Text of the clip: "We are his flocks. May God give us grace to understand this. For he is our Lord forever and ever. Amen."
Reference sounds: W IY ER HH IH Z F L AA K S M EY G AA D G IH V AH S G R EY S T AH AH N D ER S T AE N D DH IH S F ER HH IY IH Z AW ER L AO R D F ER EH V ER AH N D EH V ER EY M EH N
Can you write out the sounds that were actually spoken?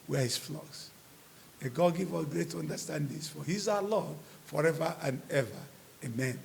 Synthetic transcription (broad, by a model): W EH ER HH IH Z F L AA K S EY G AA D G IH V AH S G R EY T AH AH N D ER S T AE N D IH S F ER HH IY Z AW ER L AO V F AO EH V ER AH N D EH V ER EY M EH N